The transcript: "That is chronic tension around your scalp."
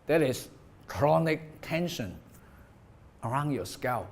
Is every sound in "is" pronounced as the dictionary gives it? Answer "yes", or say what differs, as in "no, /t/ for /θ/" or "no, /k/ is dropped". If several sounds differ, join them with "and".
no, /s/ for /z/